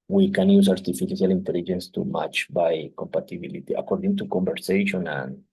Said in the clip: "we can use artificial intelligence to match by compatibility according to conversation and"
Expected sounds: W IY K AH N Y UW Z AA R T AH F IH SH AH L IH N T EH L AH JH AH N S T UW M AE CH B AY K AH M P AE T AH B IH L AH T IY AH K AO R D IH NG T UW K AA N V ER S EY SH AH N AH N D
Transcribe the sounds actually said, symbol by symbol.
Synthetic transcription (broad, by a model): W IY K AH N Y UW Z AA R T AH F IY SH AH L IH N T EH L AH JH AH N S T UW M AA CH B AY K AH M P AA T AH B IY L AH T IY AH K AO R D IH NG T UW K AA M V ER S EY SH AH N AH N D